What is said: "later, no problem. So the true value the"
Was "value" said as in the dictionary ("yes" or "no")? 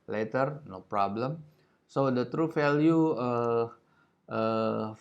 no